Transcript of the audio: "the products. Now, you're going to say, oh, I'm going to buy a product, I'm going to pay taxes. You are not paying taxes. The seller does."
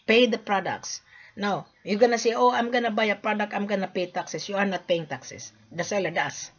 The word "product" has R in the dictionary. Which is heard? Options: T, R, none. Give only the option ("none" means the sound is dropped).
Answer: R